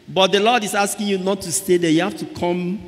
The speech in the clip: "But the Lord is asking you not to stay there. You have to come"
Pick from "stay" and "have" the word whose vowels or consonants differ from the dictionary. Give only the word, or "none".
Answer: have